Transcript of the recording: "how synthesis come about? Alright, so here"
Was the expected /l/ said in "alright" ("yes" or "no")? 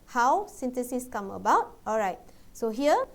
yes